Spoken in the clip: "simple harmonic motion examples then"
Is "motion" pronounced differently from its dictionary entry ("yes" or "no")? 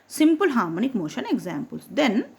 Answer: no